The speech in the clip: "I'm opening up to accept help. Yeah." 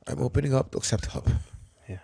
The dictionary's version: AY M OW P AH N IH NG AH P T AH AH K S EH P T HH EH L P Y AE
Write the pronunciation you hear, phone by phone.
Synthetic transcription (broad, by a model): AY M OW P AH N IH NG AH P T AH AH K S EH P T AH P Y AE